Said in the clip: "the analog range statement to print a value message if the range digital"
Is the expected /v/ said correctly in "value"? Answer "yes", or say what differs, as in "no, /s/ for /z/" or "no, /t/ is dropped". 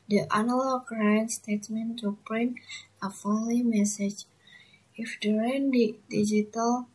no, /f/ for /v/